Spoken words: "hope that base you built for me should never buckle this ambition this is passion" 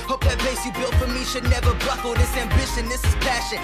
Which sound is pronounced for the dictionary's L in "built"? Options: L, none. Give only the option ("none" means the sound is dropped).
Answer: L